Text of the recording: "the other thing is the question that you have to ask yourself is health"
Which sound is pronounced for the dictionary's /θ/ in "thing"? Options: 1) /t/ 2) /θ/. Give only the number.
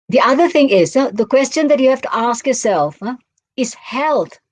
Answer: 2